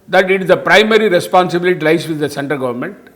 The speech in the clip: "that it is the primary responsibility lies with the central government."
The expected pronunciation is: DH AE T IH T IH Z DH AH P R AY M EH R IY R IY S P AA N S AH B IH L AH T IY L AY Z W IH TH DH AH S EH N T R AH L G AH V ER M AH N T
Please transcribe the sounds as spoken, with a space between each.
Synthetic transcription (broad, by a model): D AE T IH T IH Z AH P R AY M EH R IY R IY S P AA N S AH B IH L AH T IY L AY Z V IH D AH S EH N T AH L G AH V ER M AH N T